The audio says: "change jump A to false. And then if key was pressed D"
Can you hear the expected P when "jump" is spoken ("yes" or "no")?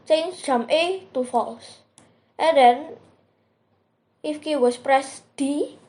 no